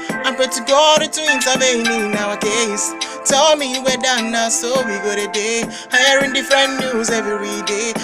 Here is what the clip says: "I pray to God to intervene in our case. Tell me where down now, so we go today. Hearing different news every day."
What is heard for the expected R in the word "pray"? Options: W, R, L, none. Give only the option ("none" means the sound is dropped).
none